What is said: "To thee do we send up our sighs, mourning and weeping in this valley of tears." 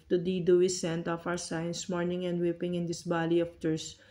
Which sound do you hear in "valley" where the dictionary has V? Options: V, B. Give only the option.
B